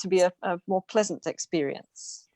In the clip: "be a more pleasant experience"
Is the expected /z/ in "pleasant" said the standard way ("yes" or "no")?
yes